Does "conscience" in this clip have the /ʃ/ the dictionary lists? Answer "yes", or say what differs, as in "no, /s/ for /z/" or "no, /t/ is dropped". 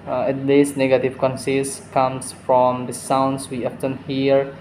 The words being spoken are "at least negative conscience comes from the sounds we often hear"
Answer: no, /s/ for /ʃ/